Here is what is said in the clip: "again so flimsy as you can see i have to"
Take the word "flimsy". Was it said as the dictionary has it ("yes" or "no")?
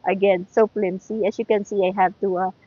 no